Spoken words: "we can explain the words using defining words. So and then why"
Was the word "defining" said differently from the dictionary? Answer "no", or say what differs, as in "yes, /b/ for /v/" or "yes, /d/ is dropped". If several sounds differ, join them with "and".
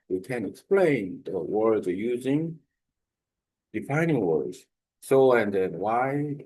no